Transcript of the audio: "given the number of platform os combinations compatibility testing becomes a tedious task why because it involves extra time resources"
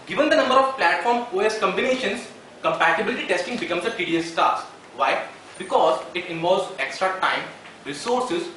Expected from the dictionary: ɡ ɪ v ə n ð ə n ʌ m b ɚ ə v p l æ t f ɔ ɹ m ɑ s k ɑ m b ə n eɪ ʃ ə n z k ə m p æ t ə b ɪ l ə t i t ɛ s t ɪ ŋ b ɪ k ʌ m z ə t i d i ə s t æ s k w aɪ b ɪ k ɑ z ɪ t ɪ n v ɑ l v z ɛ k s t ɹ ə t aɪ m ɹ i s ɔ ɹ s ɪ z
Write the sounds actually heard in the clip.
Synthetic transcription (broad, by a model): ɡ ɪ v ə n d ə n ʌ m b ɚ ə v p l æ t f ɔ ɹ m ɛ s k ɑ m b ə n eɪ ʃ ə n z k ə m p æ t ə b ɪ l ə t i t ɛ s t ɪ ŋ b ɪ k ʌ m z ə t i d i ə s t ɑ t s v aɪ b ɪ k ɑ z ɪ t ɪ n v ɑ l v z ɛ k s t ɹ ə t aɪ m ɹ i s ɔ ɹ s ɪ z